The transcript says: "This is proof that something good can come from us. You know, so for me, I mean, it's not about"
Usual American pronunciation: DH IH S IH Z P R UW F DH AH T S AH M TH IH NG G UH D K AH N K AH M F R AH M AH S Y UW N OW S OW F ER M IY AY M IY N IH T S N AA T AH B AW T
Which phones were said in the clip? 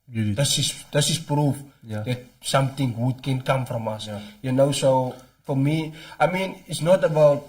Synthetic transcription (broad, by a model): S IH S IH S P R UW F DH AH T S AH M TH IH NG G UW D K AH N K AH M F R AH M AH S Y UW N OW S OW F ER M IY AY M IY N IH T S N AA T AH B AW T